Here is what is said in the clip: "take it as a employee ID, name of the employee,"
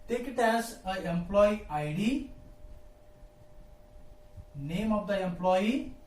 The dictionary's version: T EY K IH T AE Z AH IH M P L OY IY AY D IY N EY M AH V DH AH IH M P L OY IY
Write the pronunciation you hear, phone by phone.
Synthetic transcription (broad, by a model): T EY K IH T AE S AH IH M P L OY IY AY D IY N EY M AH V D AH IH M P L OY IY